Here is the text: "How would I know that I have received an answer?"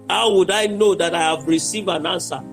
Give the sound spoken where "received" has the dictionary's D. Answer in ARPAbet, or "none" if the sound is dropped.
none